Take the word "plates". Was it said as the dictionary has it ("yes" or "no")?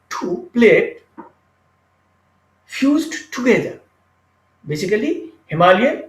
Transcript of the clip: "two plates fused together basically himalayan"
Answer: no